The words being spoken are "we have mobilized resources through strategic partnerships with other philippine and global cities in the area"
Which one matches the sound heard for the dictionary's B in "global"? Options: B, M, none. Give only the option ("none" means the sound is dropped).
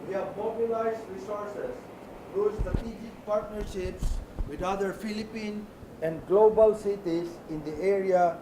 B